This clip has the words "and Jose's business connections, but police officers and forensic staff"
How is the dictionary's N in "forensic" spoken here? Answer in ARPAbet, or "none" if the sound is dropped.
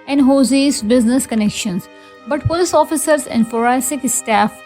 none